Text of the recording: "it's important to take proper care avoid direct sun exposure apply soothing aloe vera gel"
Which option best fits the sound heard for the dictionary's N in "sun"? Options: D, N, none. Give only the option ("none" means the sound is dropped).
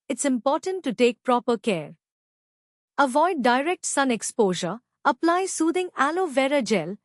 N